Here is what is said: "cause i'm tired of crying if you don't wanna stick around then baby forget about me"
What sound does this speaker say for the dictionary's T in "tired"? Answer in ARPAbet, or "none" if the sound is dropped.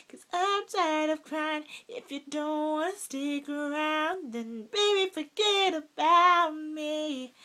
S